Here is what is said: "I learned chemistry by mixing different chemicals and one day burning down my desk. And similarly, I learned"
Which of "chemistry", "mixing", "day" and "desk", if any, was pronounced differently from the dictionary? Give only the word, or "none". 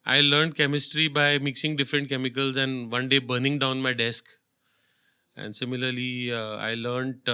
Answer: none